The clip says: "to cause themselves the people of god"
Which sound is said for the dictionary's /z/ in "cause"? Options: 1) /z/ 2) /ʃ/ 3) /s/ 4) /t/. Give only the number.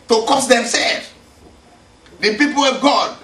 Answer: 3